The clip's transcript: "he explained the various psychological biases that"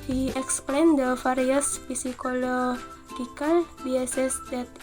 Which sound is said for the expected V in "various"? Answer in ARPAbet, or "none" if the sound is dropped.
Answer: F